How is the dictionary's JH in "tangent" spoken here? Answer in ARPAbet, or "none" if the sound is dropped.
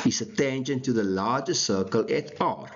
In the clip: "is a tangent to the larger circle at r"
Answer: SH